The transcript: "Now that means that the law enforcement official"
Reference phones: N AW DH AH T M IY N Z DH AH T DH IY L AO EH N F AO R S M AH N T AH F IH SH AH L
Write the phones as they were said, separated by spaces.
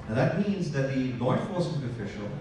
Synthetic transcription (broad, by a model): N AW DH AH T M IY N Z DH AH T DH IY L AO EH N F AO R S AH T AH F IH SH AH L